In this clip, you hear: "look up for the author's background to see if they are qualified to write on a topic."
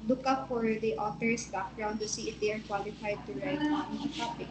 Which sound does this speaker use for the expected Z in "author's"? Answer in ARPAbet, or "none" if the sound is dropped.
S